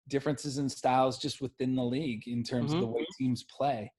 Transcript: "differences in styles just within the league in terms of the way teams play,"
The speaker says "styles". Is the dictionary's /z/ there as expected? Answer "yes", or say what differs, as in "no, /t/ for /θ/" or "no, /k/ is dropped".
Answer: yes